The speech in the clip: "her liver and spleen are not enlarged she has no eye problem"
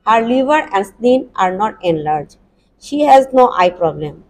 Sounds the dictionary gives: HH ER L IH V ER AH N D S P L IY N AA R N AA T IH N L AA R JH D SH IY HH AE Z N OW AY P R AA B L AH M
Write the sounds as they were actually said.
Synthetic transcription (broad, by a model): HH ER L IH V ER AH N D S L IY N AA R N AA T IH N L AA R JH SH IY HH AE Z N OW AY P R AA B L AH M